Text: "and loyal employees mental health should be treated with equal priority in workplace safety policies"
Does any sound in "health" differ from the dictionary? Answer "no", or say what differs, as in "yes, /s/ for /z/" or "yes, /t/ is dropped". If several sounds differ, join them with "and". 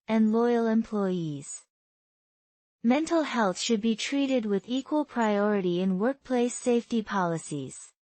no